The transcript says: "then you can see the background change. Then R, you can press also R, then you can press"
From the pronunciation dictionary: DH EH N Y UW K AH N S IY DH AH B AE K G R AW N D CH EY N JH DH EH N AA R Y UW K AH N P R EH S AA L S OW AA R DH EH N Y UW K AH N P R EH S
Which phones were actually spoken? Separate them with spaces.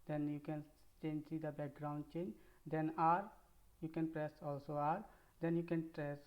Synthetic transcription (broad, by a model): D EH N Y UW K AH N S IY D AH B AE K G R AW N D CH EY N JH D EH N AA R Y UW K AH N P R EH S AA L S OW AA R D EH N Y UW K AH N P R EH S